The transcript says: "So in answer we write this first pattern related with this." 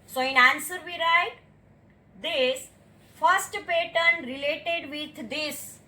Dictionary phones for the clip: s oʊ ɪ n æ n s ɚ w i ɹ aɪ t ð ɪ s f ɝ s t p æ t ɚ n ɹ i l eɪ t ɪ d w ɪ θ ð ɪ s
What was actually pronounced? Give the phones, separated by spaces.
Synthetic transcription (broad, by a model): s oʊ ɪ n æ n s ɚ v i ɹ aɪ t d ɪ s f ɝ s t p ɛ t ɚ n ɹ i l eɪ t ɪ d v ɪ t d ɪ s